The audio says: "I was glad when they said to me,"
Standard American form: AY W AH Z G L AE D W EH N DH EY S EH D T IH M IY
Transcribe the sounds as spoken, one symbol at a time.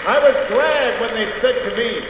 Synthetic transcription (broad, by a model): AY W AH Z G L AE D W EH N DH EY S EH D T IH M IY